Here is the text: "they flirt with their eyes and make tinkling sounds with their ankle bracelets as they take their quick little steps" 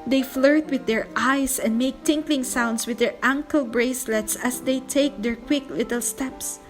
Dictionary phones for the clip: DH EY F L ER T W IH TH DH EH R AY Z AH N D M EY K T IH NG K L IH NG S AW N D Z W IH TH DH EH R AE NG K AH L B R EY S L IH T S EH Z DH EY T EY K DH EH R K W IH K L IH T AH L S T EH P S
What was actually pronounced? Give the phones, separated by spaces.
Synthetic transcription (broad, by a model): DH EY F L ER T W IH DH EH R AY S AH N D M EY K T IH NG K L IH NG S AW N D S W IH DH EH R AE NG K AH L B R EY S L IH T S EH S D EY T EY K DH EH R K W IH K L IH T AH L S T EH P S